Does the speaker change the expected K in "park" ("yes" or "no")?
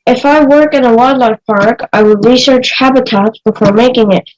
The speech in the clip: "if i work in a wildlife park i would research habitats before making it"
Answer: no